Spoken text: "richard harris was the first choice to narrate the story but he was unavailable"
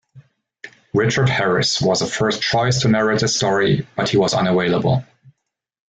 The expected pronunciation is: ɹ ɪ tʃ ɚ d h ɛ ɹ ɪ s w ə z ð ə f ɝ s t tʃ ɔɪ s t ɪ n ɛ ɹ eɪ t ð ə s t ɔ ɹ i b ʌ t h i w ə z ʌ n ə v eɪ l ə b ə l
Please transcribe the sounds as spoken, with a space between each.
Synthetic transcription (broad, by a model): ɹ ɪ tʃ ɚ d h ɛ ɹ ɪ s w ə z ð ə f ɝ s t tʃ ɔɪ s t ɪ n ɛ ɹ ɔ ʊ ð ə s t ɔ ɹ i b ʌ t h i w ə z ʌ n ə w eɪ l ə b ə l